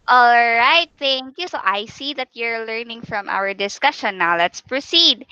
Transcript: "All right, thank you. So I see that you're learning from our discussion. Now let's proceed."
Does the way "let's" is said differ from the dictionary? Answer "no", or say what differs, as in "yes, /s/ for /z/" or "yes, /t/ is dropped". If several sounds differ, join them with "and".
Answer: no